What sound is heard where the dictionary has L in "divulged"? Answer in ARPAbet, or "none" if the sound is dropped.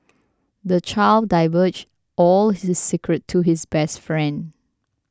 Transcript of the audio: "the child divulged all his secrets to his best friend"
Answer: none